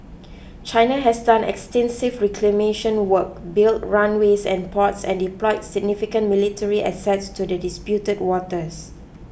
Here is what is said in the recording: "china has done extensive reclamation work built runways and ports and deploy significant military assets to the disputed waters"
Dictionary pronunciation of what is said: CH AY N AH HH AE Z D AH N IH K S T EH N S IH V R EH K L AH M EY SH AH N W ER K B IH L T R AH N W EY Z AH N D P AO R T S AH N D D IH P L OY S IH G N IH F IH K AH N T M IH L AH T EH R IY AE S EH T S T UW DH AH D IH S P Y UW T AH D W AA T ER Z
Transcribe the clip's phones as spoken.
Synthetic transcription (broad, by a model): CH AY N AH HH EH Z D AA N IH K S T EH N S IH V R EH K L AH M EY SH AH N W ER K B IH L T R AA N W EY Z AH N P AO T S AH N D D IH P L OY S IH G N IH F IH K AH N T M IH L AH T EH R IY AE S EH T S T UW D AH D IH S P Y UW T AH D W AA T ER S